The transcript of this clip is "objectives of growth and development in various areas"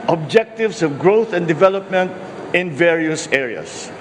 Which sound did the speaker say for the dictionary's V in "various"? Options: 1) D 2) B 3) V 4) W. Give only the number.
3